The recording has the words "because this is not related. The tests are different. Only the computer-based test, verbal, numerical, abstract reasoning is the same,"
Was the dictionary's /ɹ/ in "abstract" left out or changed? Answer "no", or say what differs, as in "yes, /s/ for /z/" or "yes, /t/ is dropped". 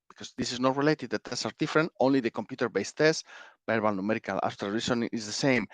yes, /ɹ/ is dropped